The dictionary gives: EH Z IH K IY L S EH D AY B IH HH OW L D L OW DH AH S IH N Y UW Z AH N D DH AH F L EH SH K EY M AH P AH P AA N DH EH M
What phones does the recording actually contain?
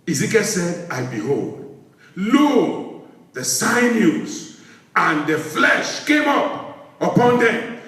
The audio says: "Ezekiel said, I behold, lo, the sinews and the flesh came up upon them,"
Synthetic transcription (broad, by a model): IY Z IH K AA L S EH D AY B IH HH OW L D L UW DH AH S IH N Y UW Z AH N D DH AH F L EH SH K EY M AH P AH P AA N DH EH M